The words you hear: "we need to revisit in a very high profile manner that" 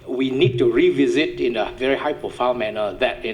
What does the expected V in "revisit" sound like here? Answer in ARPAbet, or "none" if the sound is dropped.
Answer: V